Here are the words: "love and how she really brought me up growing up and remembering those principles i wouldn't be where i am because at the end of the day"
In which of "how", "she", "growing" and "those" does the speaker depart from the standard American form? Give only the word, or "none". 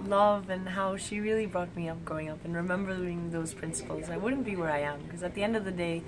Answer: growing